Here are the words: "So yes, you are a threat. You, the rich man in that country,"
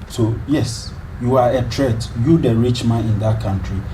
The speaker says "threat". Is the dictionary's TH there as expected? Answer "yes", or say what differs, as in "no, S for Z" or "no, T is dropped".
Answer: no, T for TH